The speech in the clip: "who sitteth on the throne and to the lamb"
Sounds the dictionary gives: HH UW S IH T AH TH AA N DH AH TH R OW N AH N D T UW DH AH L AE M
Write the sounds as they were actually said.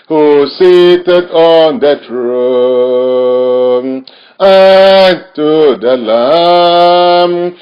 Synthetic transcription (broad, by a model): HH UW S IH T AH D AA N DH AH T R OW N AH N T UW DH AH L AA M